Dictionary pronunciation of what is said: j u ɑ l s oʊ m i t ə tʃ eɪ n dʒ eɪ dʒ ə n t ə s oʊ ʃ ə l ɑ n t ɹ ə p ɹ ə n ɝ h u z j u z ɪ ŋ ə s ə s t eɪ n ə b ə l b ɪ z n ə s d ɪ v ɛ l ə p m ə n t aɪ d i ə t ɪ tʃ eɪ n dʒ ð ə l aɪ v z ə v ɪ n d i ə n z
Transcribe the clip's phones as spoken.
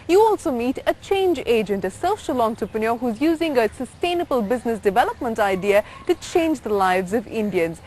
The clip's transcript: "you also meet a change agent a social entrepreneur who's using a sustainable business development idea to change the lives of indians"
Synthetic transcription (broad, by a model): j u ɑ l s oʊ m i t ə tʃ eɪ n dʒ eɪ dʒ ə n t ə s oʊ ʃ ə l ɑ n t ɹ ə p ə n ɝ h u z j u z ɪ ŋ ə s ə s t eɪ n ə b ə l b ɪ z n ə s d ɪ v ɛ l ə p m ə n t aɪ d i ə t ɪ tʃ eɪ n dʒ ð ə l aɪ v z ə v ɪ n d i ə n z